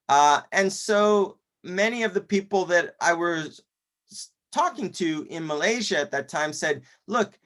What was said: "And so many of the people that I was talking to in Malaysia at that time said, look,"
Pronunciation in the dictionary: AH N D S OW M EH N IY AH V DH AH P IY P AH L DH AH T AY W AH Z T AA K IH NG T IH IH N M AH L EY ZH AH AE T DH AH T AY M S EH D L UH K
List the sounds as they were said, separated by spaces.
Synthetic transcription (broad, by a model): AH N S OW M EH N IY AH V DH AH P IY P L DH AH T AY W AH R T AA K IH NG T IH IH N M AH L EY ZH AH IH T DH AH T AY M S EH D L UH K